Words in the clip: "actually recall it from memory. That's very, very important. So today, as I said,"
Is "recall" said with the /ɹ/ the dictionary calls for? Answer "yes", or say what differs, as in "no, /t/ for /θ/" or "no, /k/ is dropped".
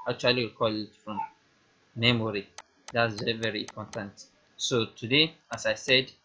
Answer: no, /w/ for /ɹ/